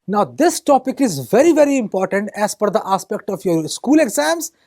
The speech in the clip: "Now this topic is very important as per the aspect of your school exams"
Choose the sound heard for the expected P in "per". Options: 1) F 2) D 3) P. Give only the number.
1